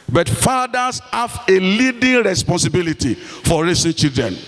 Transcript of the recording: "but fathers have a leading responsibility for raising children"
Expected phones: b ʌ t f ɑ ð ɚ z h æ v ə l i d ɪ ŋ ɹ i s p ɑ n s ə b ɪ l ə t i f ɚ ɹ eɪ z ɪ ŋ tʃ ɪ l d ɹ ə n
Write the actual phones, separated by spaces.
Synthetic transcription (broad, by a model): b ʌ t f ɑ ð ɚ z h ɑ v ə l i d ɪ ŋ ɹ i s p ɑ n s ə b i l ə t i f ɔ ɹ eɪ s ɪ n tʃ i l d ɹ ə n